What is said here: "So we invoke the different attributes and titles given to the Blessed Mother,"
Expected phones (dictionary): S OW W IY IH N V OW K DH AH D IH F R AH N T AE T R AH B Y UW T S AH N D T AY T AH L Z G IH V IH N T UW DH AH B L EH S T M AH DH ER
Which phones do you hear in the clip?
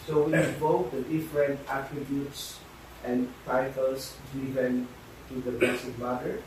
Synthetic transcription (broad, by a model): S OW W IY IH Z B OW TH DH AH D IH F R AH N T AE T R AH B Y UW T S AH N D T AY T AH L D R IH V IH N T UW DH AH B EH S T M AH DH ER